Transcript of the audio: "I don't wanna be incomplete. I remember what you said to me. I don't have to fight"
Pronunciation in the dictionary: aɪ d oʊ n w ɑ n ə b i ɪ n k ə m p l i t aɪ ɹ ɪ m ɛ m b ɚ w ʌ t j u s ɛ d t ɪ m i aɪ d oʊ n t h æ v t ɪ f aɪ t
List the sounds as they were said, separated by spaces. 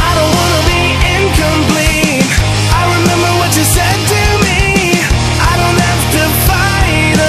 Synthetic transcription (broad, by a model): aɪ d oʊ n w ɑ n ə b i ɪ n k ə m p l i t aɪ ɹ ɪ m ɛ m b ɚ w ʌ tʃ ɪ s ɛ d t ɪ m i aɪ d oʊ n t h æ f t ɪ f aɪ